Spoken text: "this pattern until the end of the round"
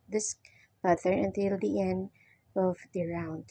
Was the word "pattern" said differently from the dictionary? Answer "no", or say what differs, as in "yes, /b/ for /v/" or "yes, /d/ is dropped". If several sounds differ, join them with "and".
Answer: yes, /n/ is dropped